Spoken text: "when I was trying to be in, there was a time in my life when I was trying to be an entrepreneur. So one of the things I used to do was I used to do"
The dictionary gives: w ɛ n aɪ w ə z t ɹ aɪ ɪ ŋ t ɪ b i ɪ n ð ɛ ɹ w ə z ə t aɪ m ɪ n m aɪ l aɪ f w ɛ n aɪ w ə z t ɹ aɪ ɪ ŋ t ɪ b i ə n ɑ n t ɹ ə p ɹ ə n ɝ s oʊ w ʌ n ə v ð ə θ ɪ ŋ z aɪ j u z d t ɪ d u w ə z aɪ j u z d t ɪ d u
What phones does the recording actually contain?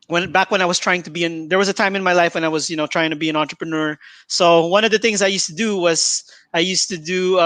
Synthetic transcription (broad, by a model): w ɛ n aɪ w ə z t ɹ aɪ ɪ ŋ t ɪ b i ɪ n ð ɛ ɹ w ə z ə t aɪ m ɪ n m aɪ l aɪ f w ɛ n aɪ w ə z t ɹ aɪ ɪ ŋ t ɪ b i ə n ɑ n t ɹ ə p ɹ ə n ɝ s oʊ w ʌ n ə v ð ə θ ɪ ŋ z aɪ j u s t ɪ d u w ə z aɪ j u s t ɪ d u